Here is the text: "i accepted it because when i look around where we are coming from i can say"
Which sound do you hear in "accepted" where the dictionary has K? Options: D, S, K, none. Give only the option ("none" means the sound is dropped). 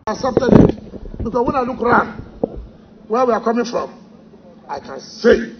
none